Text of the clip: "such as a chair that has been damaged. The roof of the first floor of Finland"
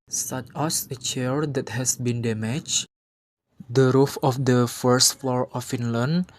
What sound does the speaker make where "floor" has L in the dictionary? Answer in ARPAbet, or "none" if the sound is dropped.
L